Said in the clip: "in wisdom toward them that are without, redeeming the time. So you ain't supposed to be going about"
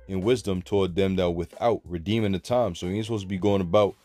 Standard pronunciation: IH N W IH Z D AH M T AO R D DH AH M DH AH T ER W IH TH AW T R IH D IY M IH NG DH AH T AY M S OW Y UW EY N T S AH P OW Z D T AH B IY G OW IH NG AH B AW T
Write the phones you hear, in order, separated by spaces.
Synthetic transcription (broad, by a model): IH N W IH Z D AH M T AO R D DH AH M DH AH T W IH TH AW T R IH D IY M IH NG DH AH T AY M S OW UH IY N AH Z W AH B IY G OW IH NG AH B AW T